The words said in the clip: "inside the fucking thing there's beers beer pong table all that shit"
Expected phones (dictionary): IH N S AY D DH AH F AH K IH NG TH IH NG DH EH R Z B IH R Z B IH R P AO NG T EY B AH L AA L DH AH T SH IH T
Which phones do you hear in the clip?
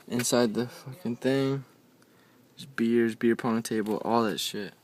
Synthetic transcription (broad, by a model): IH N S AY D DH AH F AH K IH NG TH IH NG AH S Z B IH R Z B IH R P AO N T EY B L AA L DH AH T SH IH T